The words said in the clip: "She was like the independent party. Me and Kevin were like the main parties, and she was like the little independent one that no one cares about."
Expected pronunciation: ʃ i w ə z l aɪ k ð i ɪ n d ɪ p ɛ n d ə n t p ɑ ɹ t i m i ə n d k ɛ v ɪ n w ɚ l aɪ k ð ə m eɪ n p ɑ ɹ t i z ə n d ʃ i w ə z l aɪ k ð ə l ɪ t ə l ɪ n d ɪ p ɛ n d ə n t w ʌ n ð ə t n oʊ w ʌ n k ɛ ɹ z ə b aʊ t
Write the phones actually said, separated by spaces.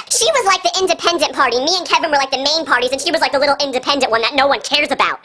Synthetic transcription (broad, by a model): ʃ i w ə z l aɪ k ð i ɪ n d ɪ p ɛ n d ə n p ɑ ɹ t i m i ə n k ɛ v ɪ n w ɚ l aɪ k ð ə m eɪ n p ɑ ɹ t i z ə n ʃ i w ə z l aɪ k ð ə l ɪ t l ɪ n d ɪ p ɛ n d ə n t w ʌ n ð ə t n oʊ w ʌ n k ɛ ɹ z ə b aʊ t